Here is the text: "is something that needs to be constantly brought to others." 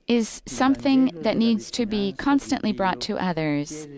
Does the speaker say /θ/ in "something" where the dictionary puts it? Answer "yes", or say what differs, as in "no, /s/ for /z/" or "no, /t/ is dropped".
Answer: yes